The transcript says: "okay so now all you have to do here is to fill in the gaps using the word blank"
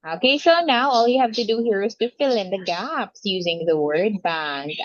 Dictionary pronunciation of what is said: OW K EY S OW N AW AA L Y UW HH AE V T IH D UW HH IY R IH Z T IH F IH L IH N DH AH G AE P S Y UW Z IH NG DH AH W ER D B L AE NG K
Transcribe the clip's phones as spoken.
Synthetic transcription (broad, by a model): OW K EY S OW N AW AA L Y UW HH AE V T IH D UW HH IY R IH Z T IH F IH L IH N DH AH G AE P S Y UW Z IH NG DH AH W ER D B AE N